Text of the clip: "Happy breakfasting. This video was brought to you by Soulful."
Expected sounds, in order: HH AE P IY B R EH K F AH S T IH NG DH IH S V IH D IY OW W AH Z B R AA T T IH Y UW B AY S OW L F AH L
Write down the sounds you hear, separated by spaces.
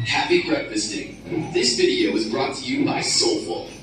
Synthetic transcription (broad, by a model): HH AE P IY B R EH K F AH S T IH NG DH IH S V IH D IY OW W AH Z B R AA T T IH Y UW B AY S OW L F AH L